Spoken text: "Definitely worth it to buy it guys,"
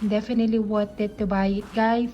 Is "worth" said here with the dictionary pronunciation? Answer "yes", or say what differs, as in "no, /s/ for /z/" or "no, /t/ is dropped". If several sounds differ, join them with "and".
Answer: no, /t/ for /θ/